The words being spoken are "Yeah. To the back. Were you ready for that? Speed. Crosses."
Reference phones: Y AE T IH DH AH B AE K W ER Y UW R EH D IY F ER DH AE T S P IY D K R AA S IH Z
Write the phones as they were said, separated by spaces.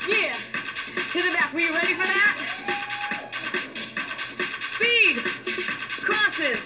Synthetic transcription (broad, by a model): Y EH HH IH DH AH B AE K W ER R EH D IY F ER DH AE T S P IY D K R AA S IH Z